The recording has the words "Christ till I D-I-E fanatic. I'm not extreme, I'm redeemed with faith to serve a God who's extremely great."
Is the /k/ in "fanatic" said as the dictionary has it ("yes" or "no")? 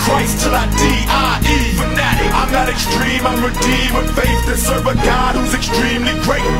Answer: no